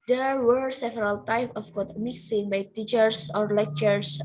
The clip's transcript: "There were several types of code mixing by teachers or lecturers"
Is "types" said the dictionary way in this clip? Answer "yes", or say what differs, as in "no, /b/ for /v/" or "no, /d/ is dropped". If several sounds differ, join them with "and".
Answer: no, /s/ is dropped